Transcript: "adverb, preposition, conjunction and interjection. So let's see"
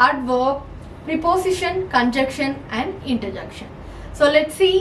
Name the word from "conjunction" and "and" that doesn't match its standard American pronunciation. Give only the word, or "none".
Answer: conjunction